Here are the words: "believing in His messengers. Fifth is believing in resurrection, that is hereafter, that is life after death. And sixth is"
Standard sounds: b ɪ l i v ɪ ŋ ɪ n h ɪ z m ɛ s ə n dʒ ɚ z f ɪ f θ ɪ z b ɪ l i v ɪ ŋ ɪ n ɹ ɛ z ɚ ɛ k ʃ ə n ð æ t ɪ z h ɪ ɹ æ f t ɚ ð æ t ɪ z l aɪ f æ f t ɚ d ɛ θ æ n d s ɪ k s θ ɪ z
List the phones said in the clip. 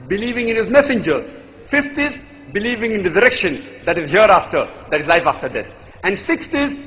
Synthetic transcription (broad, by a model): b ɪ l i v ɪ ŋ ɪ n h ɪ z m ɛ s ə n dʒ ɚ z f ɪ f t ɪ z b ɪ l i v ɪ ŋ ɪ n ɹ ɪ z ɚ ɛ k ʃ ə n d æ t ɪ z h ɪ ɹ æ f t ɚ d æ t ɪ z l aɪ f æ f t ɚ d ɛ t æ n d s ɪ k s t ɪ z